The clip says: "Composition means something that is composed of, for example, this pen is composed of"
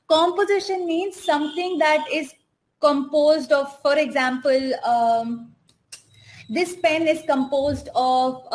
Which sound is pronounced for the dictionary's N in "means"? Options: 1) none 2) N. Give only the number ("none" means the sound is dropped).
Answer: 2